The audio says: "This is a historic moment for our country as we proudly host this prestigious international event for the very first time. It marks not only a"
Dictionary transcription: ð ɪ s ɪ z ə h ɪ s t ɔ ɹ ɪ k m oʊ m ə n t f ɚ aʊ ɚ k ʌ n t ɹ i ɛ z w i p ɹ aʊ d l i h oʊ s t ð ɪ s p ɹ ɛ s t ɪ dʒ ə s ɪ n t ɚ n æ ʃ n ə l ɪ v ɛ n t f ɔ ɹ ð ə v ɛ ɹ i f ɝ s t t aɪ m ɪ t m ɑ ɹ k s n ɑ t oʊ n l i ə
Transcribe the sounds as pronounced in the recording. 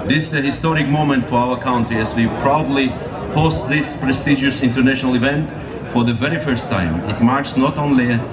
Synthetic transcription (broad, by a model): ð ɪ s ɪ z ə h ɪ s t ɔ ɹ ɪ k m oʊ m ə n t f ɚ aʊ ɚ k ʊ n t i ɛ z w i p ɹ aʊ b l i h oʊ s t ð ɪ s p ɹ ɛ s t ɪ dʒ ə s ɪ n t ɚ n æ ʃ n ə l ɪ v ɛ n t f ɔ ɹ ð ə v ɛ ɹ i f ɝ s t t aɪ m ɪ t m ɑ ɹ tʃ s n ɑ t oʊ n l i